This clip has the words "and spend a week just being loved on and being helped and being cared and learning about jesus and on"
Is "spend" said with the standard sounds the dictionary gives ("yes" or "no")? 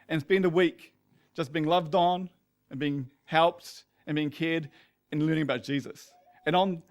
no